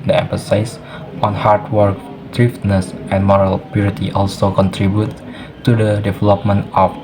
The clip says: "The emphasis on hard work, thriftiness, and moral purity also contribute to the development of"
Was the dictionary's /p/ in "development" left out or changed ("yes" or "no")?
no